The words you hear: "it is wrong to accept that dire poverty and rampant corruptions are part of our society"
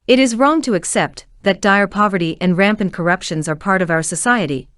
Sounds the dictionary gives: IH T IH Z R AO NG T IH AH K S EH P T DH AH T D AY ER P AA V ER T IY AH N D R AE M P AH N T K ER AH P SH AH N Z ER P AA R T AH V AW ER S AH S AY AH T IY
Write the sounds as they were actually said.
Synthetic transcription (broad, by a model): IH T IH Z R AO NG T IH AH K S EH P T DH AH T D AY ER P AA V ER T IY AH N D R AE M P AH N K ER AH P SH AH N Z ER P AA R T AH V AW ER S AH S AY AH T IY